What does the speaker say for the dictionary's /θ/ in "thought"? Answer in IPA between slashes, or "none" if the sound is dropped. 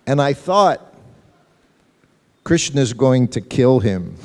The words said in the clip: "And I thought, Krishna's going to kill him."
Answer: /θ/